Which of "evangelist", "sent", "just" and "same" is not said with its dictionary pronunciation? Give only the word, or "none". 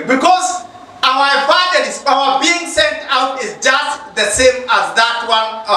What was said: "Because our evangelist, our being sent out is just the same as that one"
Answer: evangelist